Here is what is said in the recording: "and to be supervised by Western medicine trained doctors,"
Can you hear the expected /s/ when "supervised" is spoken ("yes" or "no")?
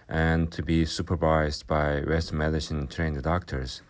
yes